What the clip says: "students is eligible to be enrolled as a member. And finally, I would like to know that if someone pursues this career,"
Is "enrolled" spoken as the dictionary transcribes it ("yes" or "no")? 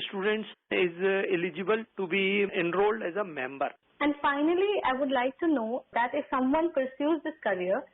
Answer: yes